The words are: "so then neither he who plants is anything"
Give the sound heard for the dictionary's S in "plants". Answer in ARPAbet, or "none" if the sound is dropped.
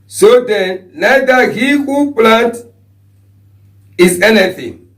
none